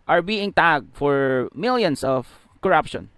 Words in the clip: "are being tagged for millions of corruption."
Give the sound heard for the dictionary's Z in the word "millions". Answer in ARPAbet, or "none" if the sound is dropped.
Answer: S